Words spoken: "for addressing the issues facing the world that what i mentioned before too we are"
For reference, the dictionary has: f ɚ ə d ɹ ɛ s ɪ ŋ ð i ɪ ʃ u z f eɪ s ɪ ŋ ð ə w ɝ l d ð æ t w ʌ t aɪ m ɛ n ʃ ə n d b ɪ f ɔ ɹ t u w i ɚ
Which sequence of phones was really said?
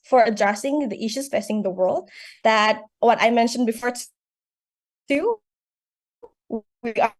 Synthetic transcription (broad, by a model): f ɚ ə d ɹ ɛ s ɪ ŋ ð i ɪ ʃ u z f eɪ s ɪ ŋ ð ə w ɝ l d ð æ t w ʌ t aɪ m ɛ n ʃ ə n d b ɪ f ɔ ɹ t u w i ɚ